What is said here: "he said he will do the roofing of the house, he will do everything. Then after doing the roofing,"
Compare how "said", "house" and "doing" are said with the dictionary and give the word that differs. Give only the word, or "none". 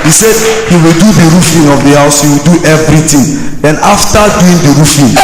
none